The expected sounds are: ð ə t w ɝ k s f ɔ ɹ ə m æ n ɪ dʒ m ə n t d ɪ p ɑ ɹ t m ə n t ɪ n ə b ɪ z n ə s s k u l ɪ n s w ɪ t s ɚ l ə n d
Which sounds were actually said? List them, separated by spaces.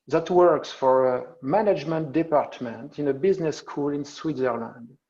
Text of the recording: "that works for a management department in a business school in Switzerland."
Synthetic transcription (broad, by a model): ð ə t w ɝ k s f ɔ ɹ ə m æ n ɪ dʒ m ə n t d ɪ p ɑ ɹ t m ə n t ɪ n ə b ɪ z n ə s s k u l ɪ n s w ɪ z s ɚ l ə n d